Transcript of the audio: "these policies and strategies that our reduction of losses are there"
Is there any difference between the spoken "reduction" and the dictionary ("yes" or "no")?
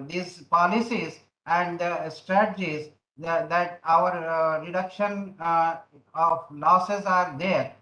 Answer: no